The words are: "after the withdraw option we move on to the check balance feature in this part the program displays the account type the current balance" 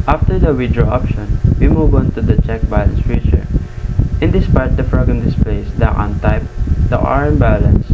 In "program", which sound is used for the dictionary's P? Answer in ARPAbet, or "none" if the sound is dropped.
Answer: F